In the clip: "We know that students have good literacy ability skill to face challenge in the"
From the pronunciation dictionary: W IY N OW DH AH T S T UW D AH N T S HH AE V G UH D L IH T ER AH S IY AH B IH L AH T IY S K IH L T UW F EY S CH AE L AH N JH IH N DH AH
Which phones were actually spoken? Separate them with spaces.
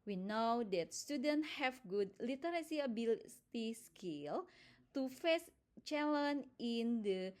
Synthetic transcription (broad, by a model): W IY N OW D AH T S T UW D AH N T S HH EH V G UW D L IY T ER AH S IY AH B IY L T IY S K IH L T UW F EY S CH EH L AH N IH N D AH